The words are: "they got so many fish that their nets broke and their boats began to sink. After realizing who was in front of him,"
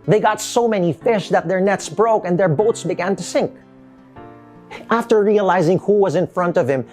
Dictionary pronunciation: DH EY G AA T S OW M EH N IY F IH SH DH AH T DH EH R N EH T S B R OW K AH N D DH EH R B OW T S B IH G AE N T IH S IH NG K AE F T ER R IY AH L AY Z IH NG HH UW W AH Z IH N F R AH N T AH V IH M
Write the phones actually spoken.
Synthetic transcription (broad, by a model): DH EY G AA T S OW M EH N IY F IH SH DH AH T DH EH R N EH T S B R OW K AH N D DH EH R B OW T S B IH G AE N T IH S IH NG K AE F T ER R IY AH L AY Z IH NG HH UW W AH Z IH N F R AH N T AH V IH M